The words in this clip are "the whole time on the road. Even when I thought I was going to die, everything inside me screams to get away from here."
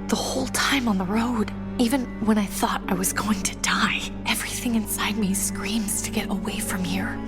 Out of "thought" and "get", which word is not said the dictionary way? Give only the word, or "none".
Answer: none